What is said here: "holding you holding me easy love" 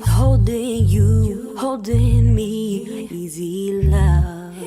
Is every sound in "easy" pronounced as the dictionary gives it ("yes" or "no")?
yes